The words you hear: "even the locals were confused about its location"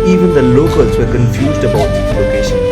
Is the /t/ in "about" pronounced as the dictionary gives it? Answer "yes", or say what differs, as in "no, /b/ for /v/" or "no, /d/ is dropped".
no, /t/ is dropped